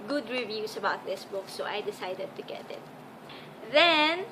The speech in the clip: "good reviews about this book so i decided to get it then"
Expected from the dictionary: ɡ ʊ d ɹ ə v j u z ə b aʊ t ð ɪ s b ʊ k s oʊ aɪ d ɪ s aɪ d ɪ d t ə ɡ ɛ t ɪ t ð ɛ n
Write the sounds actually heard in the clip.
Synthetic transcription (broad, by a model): ɡ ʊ d ɹ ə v j u s ə b aʊ t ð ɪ s b ʊ k s oʊ aɪ d ɪ s aɪ d ɪ d t ə ɡ ɛ t ɪ t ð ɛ n